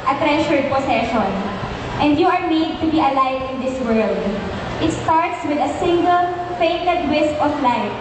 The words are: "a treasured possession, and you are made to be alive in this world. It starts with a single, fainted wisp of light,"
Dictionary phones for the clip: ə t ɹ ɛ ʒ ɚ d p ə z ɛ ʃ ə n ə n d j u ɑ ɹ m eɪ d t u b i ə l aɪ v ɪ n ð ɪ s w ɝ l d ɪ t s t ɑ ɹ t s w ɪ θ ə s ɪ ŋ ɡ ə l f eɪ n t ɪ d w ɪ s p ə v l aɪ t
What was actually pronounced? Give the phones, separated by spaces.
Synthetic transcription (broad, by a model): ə t ɹ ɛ ʃ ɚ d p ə s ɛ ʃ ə n ə n d j u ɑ ɹ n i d t u b i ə l aɪ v ɪ n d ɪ s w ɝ l d ɪ t s t ɑ ɹ t s w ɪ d ə s ɪ ŋ ɡ ə l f eɪ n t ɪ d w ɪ s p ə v l aɪ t